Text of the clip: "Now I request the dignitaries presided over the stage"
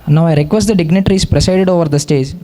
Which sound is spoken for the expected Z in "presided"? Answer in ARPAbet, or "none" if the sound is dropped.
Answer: S